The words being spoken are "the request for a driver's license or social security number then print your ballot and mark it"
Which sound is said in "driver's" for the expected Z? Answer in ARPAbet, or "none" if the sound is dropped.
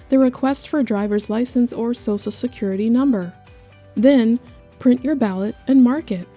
Z